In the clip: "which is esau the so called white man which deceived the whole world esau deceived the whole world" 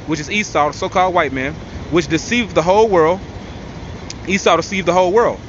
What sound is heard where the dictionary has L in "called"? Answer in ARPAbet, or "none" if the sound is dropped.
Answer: L